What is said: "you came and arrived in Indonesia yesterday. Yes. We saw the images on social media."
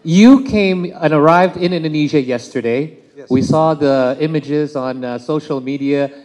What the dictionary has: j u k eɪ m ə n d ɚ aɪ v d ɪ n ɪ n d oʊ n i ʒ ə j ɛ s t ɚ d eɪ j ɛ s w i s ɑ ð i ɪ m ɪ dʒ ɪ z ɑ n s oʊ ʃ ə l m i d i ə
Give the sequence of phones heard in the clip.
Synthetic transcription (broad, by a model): j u k eɪ m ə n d ɚ aɪ v d ɪ n ɪ n d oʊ n i ʒ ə j ɛ s t ɚ d eɪ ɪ w i s ɑ ð i ɪ m ɪ dʒ ɪ z n s oʊ ʃ l m i d i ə